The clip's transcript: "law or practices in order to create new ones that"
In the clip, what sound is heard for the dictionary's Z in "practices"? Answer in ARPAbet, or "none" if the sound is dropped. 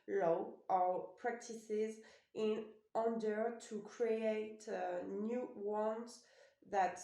Z